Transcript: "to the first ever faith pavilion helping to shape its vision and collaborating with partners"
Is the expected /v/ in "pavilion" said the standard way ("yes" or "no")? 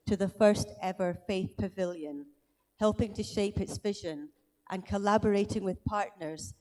yes